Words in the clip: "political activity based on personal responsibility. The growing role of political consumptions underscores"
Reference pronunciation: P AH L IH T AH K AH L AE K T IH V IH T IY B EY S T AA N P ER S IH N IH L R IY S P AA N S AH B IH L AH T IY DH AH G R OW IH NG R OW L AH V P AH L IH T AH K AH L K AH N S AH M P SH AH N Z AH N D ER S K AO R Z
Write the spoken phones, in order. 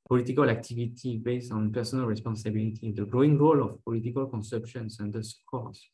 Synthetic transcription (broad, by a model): P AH L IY T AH K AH L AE K T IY V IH T IY B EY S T AA N P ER S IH N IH L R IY S P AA N S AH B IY L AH T IY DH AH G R OW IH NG R OW L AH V P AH L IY T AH K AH L K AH N S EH P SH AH N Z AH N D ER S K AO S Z